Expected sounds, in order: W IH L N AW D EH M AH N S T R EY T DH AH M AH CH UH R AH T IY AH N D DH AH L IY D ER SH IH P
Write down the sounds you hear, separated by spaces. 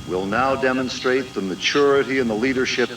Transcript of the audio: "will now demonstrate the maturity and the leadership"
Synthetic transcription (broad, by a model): W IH L N AW D EH M AH N S T R EY T DH AH M AH CH UH R AH T IY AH N DH AH L IY D ER SH IH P